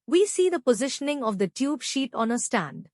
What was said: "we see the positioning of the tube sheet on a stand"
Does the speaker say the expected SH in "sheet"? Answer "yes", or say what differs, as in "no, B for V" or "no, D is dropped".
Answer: yes